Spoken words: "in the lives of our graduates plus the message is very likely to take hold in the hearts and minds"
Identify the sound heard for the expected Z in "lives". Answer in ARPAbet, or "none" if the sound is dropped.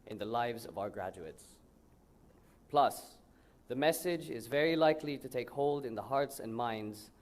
Z